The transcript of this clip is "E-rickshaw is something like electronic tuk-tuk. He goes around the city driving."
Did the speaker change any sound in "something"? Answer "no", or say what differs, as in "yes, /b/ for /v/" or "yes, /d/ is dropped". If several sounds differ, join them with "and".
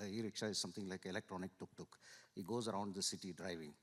yes, /t/ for /θ/